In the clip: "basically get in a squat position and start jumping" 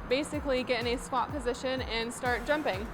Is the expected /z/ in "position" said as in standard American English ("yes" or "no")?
yes